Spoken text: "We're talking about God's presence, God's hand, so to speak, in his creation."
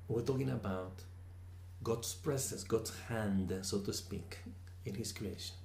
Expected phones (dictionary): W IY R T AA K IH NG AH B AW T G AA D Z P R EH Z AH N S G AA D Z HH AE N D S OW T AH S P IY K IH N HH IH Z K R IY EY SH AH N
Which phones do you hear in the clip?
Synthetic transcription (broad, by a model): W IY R T AA K IH NG AH B AW T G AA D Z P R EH S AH S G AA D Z HH AE N D S OW T AH S P IY K IH N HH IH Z K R IY EY SH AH N